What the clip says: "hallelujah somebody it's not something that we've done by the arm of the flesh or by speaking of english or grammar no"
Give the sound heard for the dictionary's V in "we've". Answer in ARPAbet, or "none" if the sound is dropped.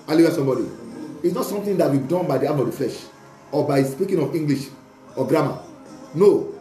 B